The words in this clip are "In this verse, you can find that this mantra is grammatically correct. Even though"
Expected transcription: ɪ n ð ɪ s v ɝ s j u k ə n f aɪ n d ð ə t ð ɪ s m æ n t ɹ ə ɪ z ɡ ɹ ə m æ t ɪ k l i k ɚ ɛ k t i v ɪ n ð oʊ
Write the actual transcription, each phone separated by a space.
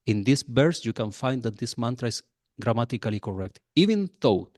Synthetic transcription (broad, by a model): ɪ n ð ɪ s b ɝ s j u k ə n f aɪ n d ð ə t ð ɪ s m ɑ n t ɹ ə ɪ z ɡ ɹ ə m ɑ t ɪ k l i k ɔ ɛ k t i v ɪ n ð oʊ